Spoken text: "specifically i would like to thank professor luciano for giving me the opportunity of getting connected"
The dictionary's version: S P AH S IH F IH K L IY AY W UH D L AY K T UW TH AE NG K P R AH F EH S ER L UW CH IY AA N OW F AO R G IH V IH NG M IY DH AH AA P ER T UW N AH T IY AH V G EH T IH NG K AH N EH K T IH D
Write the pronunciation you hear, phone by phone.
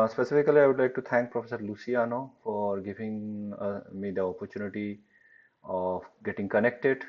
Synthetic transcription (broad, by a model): S P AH S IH F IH K L IY AY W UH D L AY K T UW T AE NG K P R AH F EH S ER L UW S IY AA N OW F AO R G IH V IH NG M IY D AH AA P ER T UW N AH T IY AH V G EH T IH NG K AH N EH K T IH D